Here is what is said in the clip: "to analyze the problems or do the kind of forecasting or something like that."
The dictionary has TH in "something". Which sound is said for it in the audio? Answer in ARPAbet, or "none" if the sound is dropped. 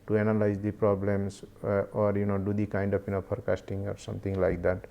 T